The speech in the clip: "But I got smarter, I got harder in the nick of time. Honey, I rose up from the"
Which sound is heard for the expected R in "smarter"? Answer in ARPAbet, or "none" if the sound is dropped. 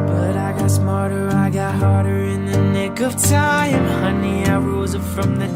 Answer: R